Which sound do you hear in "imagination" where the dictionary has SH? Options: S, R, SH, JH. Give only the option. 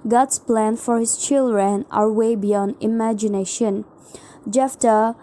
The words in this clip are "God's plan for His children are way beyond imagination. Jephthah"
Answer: SH